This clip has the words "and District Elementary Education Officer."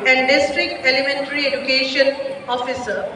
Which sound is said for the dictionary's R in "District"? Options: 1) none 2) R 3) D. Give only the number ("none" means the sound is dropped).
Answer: 2